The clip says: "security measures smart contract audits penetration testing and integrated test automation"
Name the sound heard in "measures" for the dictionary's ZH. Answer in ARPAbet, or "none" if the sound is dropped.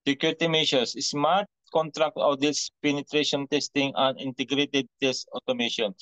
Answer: SH